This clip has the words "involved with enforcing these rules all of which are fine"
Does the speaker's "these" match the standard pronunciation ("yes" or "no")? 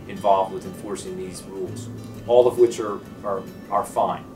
yes